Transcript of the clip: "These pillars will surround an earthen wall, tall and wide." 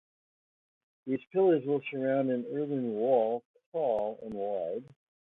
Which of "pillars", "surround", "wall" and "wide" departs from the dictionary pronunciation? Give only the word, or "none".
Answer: none